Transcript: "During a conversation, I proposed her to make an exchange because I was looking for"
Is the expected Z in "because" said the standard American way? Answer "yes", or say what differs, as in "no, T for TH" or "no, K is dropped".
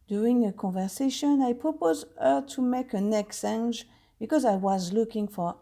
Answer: yes